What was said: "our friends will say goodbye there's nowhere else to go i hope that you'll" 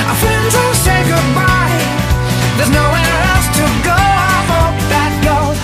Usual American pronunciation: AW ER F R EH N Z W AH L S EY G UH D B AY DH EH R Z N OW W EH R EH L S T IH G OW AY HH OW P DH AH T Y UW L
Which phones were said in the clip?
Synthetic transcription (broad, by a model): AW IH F EH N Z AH S EY G UH D B AY DH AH R Z N OW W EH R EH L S T IH G OW AY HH OW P DH AH T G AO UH